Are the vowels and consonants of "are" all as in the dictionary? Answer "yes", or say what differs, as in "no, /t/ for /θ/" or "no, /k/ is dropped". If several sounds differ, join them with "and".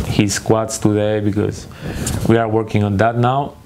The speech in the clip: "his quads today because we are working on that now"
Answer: yes